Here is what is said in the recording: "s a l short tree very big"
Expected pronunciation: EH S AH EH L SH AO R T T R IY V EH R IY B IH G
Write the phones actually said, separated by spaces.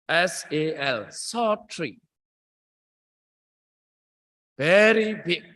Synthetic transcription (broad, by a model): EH S AH EH L S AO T T R IY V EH R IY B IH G